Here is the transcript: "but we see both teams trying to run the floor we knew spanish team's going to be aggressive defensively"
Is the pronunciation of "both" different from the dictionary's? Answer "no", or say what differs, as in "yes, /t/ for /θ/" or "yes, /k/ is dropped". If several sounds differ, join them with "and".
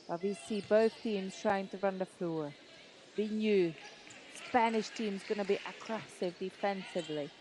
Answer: no